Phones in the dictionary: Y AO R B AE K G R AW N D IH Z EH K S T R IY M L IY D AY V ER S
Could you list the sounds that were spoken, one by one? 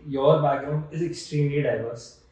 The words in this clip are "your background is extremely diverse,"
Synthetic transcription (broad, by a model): Y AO R B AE G R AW N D IH Z EH K S T R IY M L IY D AY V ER S